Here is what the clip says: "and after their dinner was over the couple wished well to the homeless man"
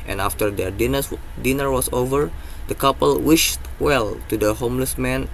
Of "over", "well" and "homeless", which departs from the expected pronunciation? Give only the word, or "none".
none